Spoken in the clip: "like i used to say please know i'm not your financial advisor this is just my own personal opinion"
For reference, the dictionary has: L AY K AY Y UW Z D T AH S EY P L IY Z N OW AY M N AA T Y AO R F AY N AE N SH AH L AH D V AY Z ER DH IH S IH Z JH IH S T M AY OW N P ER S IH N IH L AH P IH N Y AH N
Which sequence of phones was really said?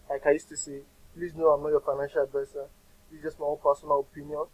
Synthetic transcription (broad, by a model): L AY K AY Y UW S T AH S EY P L IY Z N OW AY M N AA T Y AO F AY N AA N SH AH L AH D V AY S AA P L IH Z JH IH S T M AY OW N P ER S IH N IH L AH P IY N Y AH N